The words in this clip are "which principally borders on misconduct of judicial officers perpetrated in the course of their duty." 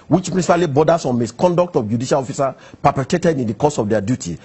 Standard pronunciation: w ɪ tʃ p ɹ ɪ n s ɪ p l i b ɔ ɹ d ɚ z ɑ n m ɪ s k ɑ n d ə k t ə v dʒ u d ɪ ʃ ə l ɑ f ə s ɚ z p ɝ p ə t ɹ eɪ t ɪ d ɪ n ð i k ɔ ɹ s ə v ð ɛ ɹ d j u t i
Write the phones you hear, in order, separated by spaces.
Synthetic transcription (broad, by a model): w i tʃ p ɹ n s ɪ p l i b ɔ d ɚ s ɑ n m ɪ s k ɑ n d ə k t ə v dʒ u d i ʃ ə l ɑ f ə s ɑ p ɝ p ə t eɪ t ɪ d ɪ n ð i k ɔ s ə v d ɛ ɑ d j u t i